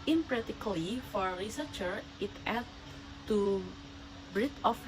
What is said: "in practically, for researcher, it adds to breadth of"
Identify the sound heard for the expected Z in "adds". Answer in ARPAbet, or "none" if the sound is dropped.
none